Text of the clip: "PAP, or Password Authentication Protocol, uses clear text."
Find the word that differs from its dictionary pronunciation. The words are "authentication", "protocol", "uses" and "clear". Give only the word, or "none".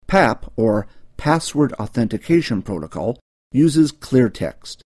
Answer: none